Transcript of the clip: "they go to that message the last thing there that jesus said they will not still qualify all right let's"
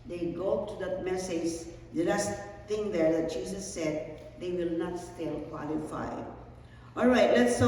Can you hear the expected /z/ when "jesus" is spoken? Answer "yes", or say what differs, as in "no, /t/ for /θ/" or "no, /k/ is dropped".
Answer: no, /s/ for /z/